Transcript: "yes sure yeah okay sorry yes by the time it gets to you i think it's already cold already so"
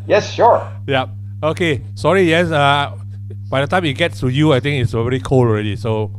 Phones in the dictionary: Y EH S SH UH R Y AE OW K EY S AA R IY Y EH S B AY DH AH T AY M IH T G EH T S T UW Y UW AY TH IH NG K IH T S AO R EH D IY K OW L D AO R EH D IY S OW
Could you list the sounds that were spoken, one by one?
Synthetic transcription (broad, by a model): Y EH S SH UH R Y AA OW K EY S AA R IY Y EH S B AY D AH T AY M IH T G EH T S T UW Y UW AY T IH NG IH T S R EH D IY K OW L AO R EH D IY S OW